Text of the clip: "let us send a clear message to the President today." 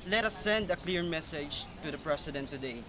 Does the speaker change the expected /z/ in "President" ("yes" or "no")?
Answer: yes